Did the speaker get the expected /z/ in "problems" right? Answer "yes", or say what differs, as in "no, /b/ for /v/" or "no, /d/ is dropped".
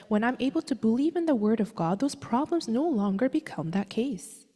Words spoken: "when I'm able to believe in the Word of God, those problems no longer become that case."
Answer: yes